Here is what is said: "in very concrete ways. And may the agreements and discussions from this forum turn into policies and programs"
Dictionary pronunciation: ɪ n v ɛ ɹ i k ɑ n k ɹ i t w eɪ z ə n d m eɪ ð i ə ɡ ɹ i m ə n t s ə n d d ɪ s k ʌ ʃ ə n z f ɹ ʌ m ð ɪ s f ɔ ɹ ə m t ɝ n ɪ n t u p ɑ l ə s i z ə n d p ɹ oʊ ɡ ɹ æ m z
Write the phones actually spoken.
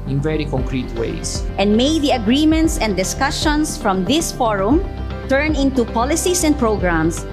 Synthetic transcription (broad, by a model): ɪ n v ɛ ɹ i k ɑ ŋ k ɹ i t w eɪ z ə n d m eɪ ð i ə ɡ ɹ i m ə n t s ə n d d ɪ s k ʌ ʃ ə n s f ɹ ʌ m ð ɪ s f ɔ ɹ ə m t ɝ n ɪ n t u p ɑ l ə s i s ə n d p ɹ oʊ ɡ ɹ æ m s